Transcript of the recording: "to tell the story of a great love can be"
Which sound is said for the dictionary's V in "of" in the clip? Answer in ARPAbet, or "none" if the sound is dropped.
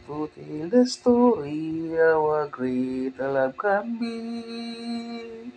W